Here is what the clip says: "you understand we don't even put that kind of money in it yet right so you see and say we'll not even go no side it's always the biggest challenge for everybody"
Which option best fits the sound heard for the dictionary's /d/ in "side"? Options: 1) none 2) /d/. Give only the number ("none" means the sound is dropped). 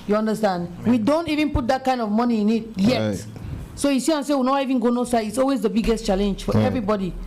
1